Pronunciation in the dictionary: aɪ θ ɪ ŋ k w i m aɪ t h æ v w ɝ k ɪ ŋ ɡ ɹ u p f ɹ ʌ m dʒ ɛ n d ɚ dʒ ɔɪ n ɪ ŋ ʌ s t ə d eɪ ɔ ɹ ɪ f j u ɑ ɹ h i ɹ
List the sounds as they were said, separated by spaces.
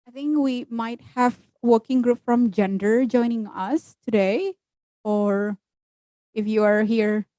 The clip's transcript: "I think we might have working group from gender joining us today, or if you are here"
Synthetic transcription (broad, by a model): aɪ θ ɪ ŋ k w i m aɪ t h æ v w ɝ k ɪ ŋ ɡ ɹ u p f ɹ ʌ m dʒ ɛ n d ɚ dʒ ɔɪ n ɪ ŋ ʌ s t ə d eɪ ɔ ɹ ɪ f j u ɑ ɹ h i ɹ